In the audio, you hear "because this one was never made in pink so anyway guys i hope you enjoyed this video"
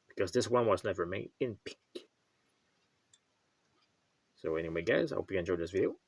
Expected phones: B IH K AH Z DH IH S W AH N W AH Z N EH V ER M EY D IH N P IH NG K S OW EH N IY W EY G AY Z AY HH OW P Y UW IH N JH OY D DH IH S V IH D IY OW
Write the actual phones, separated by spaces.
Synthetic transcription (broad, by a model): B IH K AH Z DH IH S W AH N W AH Z N EH V ER M EY D IH N P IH K S OW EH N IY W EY G AY Z AY HH OW P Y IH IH N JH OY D DH IH S V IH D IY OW